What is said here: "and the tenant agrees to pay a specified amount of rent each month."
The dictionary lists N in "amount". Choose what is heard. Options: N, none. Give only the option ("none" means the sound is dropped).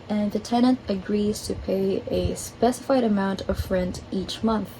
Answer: N